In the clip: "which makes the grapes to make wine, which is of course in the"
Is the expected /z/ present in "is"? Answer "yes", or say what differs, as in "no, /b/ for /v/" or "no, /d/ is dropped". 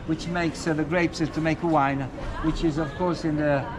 yes